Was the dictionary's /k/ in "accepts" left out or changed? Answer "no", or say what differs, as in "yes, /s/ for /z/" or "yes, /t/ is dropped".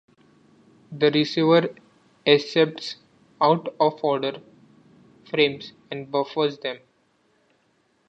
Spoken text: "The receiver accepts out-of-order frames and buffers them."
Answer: yes, /k/ is dropped